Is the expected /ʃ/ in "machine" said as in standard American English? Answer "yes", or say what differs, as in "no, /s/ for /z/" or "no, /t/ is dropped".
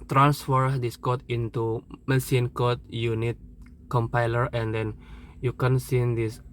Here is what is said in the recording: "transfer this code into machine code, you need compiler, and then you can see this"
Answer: no, /s/ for /ʃ/